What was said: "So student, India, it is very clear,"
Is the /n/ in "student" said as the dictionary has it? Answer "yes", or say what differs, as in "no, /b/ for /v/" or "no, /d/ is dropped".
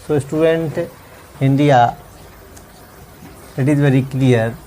yes